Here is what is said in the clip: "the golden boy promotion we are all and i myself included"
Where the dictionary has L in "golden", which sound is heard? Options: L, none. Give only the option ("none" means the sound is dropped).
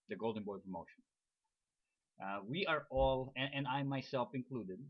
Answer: L